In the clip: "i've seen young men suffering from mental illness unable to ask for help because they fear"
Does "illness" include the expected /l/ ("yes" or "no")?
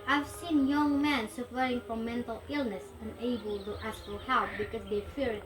yes